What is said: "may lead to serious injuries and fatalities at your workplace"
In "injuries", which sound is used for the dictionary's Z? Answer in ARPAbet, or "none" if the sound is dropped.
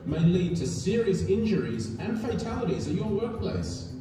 Z